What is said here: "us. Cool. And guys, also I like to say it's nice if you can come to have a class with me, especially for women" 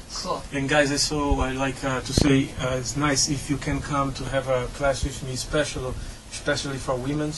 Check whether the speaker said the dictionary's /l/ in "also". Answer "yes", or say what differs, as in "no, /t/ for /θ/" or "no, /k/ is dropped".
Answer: no, /l/ is dropped